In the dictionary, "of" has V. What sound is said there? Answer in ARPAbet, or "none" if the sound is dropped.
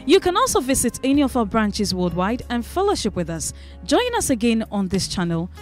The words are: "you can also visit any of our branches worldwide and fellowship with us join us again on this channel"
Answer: V